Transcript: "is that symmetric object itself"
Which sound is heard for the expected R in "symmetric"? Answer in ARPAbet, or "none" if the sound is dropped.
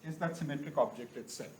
R